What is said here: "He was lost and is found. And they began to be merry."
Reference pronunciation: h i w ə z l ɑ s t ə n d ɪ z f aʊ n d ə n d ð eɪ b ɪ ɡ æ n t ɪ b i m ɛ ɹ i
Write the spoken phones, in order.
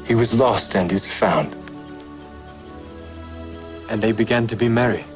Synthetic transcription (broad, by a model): h i w ə z l ɑ s t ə n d ɪ z f aʊ n d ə n ð eɪ b ɪ ɡ æ n t ɪ b i m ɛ ɹ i